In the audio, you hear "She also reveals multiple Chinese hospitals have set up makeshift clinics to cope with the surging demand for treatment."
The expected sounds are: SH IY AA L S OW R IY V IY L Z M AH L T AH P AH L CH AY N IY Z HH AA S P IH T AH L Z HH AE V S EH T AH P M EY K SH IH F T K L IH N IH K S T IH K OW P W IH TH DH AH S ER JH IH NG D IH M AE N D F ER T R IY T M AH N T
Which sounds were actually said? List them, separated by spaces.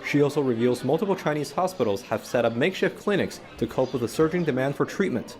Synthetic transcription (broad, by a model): SH IY AA L S OW R IY V IY L Z M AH L T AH P L CH AY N IY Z HH AA S P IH T L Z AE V S EH T AH P M EY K SH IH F K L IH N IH K S T IH K OW P W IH DH AH S ER JH IH NG D IH M AE N D F ER T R IY T M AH N T